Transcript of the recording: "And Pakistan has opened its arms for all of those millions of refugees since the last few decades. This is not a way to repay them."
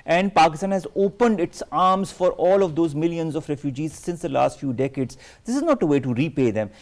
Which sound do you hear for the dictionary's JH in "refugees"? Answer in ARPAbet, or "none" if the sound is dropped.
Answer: JH